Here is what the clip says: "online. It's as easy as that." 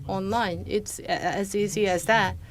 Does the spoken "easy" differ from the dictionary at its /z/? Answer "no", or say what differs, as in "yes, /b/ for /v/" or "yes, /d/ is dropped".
yes, /s/ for /z/